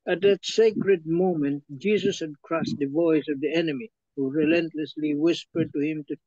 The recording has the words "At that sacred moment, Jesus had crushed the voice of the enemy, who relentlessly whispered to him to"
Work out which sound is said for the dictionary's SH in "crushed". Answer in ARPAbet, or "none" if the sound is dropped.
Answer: S